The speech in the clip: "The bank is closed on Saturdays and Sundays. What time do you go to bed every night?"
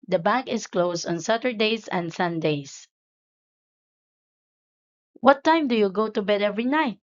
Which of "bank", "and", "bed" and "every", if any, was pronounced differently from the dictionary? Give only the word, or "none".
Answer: bank